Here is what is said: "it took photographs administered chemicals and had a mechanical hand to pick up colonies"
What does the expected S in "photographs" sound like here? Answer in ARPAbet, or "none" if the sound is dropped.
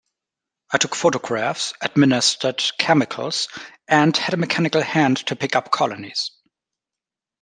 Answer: S